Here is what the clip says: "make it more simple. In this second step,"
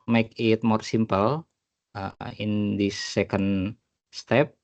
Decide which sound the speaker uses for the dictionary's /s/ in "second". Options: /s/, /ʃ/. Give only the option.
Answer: /s/